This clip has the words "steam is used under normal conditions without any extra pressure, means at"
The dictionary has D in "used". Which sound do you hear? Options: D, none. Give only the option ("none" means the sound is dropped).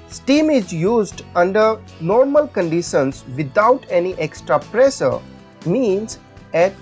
D